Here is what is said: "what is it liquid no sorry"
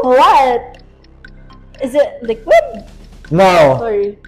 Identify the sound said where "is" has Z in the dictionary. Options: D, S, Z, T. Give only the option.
Z